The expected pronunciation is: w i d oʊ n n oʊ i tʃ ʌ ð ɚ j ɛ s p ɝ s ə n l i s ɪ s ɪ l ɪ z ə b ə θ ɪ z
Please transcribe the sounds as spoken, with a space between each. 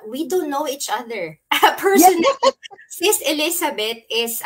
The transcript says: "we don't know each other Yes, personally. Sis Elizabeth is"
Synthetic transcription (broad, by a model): w i d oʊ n n oʊ i tʃ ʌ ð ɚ p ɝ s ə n i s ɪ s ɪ l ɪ s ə b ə t ɪ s